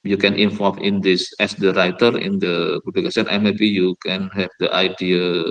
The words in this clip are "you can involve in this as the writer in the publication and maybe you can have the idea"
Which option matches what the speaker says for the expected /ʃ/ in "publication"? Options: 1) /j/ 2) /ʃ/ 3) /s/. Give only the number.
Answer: 3